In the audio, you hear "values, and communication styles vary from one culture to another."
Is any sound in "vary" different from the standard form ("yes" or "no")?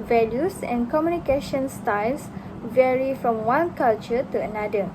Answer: no